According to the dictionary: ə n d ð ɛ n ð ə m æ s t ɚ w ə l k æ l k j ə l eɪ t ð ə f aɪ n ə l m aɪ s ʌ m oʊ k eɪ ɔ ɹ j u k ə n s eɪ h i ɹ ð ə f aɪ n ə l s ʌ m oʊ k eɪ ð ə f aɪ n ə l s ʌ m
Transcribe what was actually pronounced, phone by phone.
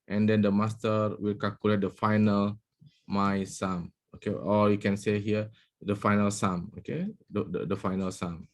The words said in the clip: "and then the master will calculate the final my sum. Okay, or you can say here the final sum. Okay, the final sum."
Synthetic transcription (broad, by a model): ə n d ɛ n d ə m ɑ s t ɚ w ə l k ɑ l k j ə l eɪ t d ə f aɪ n ə l m aɪ s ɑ m oʊ k eɪ ɔ l j u k ə n s eɪ h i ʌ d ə f aɪ n ə l s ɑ m oʊ k eɪ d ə f aɪ n ə l s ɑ m